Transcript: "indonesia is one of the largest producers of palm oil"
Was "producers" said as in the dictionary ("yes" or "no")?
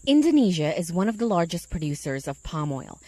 yes